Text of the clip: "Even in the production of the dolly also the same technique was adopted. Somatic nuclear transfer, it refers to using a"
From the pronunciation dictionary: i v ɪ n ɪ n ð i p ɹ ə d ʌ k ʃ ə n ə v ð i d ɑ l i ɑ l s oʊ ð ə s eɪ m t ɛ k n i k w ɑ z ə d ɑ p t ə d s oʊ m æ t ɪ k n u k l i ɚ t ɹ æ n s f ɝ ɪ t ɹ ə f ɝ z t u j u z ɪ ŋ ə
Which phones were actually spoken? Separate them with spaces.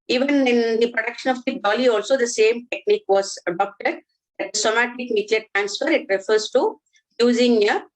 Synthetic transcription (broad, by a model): i v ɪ n ɪ n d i p ɹ ə d ʌ k ʃ ə n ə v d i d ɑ l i ɑ l s oʊ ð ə s eɪ m t ɛ k n i k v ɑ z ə d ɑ p t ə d s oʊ m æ t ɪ k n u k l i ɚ t ɹ æ n s f ɝ ɪ t ɹ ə f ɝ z t u j u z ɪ ŋ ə